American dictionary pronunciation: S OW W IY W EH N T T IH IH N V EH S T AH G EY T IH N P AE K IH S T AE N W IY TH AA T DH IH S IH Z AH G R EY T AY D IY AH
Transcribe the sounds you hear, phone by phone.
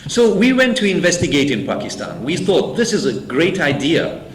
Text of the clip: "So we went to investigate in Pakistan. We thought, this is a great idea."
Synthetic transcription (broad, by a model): S OW W IY W EH N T T IH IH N V EH S T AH G EY T IH N P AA K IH S T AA N W IY TH AA T DH IH S IH Z AH G R EY T AY D IY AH